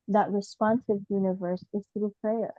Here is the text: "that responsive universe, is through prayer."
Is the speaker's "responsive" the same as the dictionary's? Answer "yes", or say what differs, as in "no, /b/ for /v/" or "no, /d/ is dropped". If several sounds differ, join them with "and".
yes